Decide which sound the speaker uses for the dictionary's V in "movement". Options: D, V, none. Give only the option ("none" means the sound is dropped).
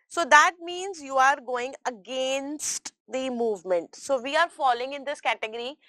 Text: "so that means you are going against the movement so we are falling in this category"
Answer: V